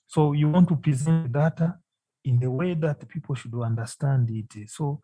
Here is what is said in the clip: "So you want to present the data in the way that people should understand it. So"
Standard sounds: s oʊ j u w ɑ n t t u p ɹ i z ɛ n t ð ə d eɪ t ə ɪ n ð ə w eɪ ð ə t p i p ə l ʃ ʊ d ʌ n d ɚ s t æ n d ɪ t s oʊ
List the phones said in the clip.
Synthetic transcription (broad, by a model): s oʊ j u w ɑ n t t u p ɹ i z ɛ n t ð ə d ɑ t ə ɪ n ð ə w eɪ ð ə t p i p ə l ʃ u d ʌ n d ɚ s t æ n d ɪ t s oʊ